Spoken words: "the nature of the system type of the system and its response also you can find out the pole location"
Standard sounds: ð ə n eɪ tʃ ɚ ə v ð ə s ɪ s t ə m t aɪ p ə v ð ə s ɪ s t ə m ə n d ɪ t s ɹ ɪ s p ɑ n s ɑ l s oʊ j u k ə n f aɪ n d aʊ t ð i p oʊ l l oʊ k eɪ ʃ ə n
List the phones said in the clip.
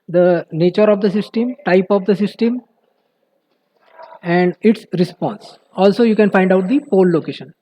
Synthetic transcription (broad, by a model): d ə n eɪ tʃ ɚ ə v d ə s ɪ s t ə m t aɪ p ə v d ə s ɪ s t ə m ə n d ɪ t s ɹ ɪ s p ɑ n s ɑ l s oʊ j u k ə n f aɪ n d aʊ t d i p oʊ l l oʊ k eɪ ʃ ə n